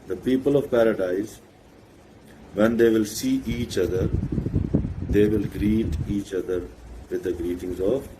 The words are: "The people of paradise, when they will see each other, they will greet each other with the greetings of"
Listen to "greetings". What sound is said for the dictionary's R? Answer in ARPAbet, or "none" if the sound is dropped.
R